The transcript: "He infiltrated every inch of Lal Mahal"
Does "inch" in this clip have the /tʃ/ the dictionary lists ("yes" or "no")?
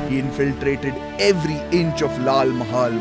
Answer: yes